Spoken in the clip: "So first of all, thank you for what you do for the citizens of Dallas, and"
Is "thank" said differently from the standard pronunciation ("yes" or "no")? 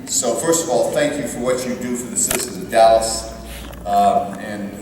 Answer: no